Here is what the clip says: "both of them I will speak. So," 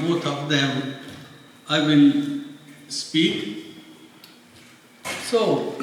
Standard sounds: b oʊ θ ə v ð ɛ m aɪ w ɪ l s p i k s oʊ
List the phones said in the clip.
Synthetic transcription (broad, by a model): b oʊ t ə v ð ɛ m aɪ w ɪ n s p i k s oʊ